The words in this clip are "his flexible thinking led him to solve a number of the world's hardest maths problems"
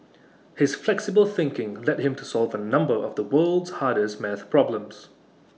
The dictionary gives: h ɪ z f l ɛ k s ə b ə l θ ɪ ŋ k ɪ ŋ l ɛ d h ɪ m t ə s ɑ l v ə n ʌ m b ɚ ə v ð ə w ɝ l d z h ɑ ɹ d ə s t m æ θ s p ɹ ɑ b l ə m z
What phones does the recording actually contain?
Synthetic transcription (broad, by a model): h ɪ z f l ɛ k s ə b ə l θ ɪ ŋ k ɪ ŋ l ɛ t h ɪ m t ə s ɑ l v ə n ʌ m b ɚ ə v ð ə w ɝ l d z h ɑ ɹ d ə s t m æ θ p ɹ ɑ b l ə m z